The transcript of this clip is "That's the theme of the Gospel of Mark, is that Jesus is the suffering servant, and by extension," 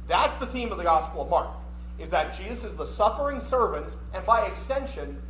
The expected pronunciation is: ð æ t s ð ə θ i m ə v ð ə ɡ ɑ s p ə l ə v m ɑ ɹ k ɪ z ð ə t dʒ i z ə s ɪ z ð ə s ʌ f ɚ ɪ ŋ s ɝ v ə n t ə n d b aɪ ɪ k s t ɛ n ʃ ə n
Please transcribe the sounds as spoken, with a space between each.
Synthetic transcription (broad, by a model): ð æ t s ð ə θ i m ə v ð ə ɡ ɑ s p l ə v m ɑ ɹ k ɪ z ð ə t dʒ i z ə s ɪ z ð ə s ʌ f ɚ ɪ ŋ s ɝ v ə n t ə n b aɪ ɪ k s t ɛ n ʃ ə n